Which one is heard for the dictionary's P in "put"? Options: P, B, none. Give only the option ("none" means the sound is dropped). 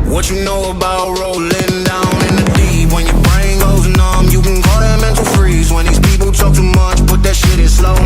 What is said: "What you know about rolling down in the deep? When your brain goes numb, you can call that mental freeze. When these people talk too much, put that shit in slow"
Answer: B